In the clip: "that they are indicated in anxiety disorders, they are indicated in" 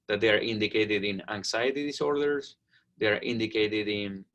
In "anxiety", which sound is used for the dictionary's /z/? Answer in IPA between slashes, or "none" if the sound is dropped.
/s/